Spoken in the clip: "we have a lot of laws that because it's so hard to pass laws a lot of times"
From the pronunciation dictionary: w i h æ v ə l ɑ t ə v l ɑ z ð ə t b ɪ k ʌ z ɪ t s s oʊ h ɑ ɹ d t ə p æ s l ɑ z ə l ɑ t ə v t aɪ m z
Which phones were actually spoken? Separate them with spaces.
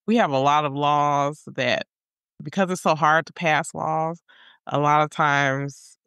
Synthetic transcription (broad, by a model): w i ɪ v ə l ɑ t ə v l ɑ z ð ə t b ɪ k ʌ z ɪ t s s oʊ h ɑ ɹ d t ə p æ s l ɑ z ə l ɑ t ə v t aɪ m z